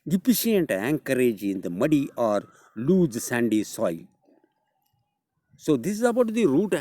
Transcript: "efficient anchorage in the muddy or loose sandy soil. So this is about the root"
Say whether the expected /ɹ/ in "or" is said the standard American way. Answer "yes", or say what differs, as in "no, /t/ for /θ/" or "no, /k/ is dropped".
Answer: yes